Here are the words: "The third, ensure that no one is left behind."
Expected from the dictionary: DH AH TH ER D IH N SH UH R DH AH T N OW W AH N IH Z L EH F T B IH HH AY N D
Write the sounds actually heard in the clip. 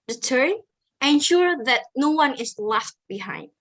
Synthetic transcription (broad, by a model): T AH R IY IH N SH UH R DH AH T N OW W AH N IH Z L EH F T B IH HH AY N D